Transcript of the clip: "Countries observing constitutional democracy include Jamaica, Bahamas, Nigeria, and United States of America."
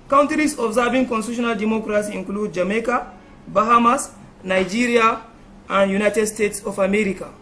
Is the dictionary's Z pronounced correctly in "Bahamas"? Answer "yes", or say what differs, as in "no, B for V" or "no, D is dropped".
no, S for Z